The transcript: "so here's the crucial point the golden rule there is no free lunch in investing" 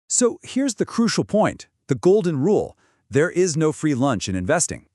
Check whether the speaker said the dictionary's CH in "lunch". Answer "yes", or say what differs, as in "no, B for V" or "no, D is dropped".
yes